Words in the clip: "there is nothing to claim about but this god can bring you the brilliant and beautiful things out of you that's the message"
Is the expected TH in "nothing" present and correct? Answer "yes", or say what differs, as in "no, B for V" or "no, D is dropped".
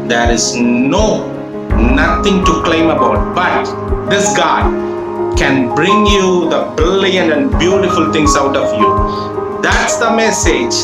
no, T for TH